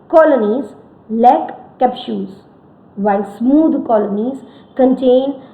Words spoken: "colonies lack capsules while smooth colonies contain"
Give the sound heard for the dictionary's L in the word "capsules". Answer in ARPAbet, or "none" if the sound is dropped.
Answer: none